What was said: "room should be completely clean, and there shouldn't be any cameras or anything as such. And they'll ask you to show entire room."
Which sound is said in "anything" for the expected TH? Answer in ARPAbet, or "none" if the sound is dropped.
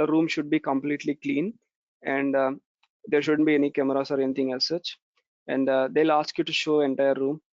T